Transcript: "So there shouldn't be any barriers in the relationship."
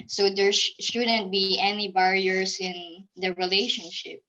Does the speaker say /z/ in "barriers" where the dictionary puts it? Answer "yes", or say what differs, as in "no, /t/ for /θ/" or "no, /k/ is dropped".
no, /s/ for /z/